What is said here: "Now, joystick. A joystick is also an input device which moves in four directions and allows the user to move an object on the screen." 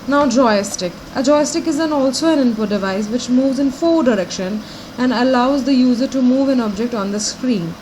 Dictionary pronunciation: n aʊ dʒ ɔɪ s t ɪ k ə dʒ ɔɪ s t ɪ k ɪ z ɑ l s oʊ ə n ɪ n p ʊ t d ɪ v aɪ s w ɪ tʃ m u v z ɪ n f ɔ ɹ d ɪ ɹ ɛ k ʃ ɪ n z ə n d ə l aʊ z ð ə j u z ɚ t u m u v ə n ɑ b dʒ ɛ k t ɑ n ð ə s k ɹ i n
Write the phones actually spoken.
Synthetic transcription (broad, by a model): n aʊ dʒ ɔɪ s t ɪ k ə dʒ ɔɪ s t ɪ k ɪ z ɑ l s oʊ ə n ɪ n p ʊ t d ɪ v aɪ s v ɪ tʃ m u v z ɪ n f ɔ d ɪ ɹ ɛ k ʃ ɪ n ə n d ə l aʊ z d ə j u z ɚ t u m u v ə n ɑ b dʒ ɛ k t ɑ n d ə s k ɹ i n